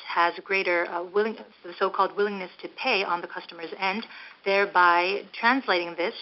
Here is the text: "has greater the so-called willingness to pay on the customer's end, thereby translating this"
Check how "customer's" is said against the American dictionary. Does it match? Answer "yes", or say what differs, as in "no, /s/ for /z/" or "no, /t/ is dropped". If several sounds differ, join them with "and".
yes